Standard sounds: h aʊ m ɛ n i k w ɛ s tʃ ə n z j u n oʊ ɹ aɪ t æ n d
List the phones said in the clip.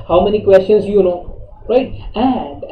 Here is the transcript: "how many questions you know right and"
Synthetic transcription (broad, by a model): h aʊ m ɛ n i k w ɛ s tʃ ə n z j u l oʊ ɹ aɪ t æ n d